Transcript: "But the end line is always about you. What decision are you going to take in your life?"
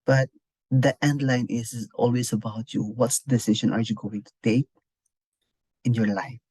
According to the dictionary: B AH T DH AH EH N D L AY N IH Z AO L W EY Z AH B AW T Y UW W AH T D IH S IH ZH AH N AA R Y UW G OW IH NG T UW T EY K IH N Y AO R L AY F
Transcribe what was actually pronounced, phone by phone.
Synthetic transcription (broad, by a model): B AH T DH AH EH N D L AY N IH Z AO L W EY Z AH B AW T Y UW W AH T D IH S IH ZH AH N AA R Y UW G OW IH NG T UW T EY K IH N Y AO R L AY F